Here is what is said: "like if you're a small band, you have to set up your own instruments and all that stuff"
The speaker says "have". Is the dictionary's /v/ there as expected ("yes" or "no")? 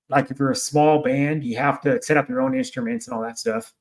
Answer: no